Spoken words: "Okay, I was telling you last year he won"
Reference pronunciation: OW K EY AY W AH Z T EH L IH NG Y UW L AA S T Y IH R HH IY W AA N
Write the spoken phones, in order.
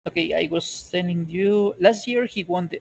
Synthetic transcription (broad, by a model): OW K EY AY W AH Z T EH N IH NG Y UW L AA S T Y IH R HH IY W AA N